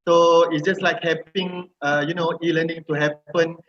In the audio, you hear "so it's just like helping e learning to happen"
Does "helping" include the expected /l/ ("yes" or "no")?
no